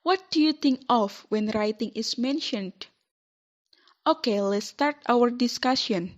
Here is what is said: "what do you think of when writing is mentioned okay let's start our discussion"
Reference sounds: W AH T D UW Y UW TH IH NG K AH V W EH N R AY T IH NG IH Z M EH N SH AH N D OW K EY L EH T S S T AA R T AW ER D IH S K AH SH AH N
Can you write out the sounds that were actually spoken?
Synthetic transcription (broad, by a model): W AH T D UW Y UW T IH NG K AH F W EH N R AY T IH NG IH S M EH N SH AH N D OW K EY L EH T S S T AA R T AW ER D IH S K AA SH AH N